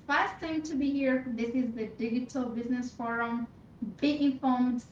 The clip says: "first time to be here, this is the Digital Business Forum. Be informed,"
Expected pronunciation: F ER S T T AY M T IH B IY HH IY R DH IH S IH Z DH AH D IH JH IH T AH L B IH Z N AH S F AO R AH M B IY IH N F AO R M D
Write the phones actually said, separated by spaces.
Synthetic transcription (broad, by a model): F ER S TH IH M T IH B IY HH IY R DH IH S IH Z DH AH D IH JH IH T L B IH Z N AH S F AO R AH M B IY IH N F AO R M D